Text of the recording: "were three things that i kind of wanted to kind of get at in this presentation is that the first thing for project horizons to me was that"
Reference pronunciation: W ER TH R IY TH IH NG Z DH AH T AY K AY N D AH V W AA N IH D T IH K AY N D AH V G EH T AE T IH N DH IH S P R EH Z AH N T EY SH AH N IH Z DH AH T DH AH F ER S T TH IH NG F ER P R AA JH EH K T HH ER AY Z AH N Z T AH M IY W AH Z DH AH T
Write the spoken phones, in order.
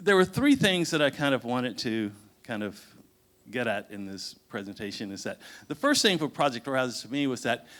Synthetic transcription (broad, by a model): W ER TH R IY TH IH NG Z DH AH T AY K AY N D AH V W AA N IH D T IH K AY N D AH V G EH T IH T IH N DH IH S P R EH Z AH N T EY SH AH N IH Z DH AH T DH AH F ER S T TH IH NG F ER P R AA JH EH K T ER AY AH Z T AH M IY W AH Z DH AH T